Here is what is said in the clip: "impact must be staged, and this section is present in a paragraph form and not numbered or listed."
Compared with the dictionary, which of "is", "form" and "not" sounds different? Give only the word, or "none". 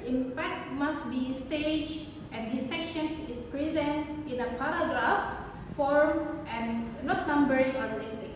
is